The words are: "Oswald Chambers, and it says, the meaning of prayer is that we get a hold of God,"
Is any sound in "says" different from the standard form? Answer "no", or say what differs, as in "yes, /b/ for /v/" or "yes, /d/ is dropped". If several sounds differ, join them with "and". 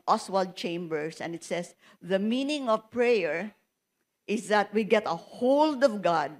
yes, /s/ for /z/